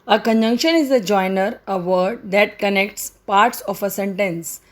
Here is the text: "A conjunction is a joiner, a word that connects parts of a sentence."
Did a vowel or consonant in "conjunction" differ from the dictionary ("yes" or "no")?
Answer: no